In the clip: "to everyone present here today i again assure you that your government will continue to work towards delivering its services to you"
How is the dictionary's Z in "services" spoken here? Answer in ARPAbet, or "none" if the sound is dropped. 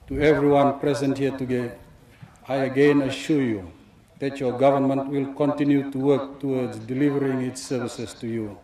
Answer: S